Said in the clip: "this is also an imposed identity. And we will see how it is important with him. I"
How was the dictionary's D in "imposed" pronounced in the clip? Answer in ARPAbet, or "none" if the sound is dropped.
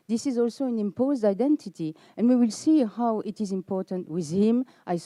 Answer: D